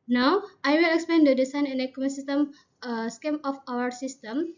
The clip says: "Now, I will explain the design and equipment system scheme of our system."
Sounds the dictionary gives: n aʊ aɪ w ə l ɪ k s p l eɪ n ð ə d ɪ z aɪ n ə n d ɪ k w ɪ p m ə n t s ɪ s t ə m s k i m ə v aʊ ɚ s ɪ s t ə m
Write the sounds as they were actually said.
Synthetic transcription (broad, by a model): n aʊ aɪ w ə l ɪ k s p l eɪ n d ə d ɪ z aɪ n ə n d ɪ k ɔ m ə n s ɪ s t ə m s k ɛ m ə f aʊ ɚ s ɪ s t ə m